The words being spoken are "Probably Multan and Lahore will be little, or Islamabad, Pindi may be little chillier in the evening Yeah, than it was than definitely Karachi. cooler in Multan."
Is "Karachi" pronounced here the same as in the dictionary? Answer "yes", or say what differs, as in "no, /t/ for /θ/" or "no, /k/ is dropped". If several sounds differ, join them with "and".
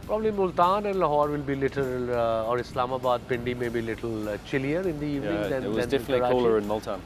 no, /tʃ/ is dropped